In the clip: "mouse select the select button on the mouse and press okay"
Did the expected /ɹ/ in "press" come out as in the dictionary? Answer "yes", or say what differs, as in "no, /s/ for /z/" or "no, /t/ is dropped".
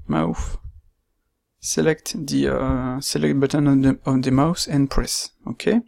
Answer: yes